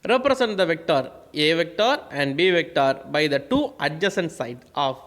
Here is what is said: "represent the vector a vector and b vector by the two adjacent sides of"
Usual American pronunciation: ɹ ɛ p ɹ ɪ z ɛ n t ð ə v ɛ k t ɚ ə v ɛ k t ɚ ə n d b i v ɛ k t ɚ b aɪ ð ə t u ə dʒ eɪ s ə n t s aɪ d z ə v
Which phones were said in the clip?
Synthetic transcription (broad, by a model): ɹ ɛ p ɹ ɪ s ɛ n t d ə v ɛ k t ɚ ə v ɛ k t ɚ ə n d b i v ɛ k t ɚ b aɪ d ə t u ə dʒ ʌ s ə n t s aɪ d ə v